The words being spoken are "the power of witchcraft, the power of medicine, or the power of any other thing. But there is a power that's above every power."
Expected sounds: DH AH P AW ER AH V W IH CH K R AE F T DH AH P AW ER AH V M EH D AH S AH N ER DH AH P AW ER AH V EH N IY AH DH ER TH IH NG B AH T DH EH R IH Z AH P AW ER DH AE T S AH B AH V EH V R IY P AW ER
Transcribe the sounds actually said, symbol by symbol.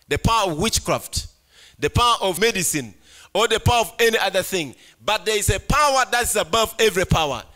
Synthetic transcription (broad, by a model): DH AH P AW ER AH V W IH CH K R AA F T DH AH P AW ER AH V M EH D AH S AH N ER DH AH P AW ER AH V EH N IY AH DH ER TH IH NG B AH T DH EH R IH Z AH P AW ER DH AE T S AH B AH V EH V R IY P AW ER